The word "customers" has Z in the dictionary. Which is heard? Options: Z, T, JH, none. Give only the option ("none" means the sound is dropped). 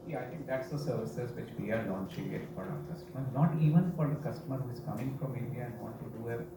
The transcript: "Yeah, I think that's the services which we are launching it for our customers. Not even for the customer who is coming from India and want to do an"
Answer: none